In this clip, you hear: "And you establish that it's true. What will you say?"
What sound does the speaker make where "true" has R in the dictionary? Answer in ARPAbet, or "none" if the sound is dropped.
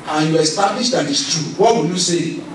none